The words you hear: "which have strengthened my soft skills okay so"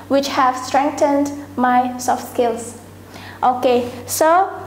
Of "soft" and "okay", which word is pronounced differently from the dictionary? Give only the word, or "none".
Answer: none